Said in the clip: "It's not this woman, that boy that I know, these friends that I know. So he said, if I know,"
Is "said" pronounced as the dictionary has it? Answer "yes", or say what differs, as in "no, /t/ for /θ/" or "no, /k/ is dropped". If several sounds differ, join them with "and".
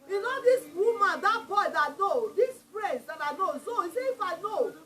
no, /d/ is dropped